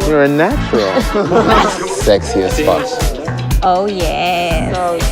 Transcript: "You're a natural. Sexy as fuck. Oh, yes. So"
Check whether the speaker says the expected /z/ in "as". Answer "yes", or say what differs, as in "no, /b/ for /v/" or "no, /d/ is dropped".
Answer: no, /s/ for /z/